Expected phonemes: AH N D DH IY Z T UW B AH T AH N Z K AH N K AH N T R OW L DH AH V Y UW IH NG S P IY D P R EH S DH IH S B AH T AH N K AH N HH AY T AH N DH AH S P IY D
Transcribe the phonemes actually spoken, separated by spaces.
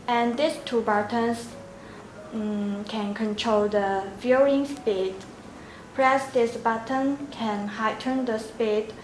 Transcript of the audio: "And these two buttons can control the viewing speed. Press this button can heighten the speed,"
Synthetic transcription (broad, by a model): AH N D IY S T UW B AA T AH N S K AH N K AH N T R OW L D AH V Y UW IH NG S P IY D P R EH S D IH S B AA T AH N K AH N HH AY T AH N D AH S P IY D